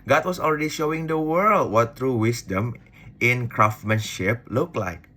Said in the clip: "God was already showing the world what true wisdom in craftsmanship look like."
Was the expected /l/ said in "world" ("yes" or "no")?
yes